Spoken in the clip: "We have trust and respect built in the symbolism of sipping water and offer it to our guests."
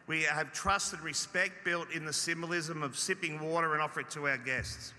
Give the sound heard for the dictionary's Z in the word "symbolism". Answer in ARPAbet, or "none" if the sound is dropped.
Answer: Z